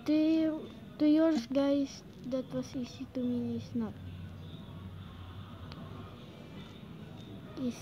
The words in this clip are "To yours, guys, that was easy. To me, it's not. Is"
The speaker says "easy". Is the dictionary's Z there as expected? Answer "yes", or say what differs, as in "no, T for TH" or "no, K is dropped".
no, S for Z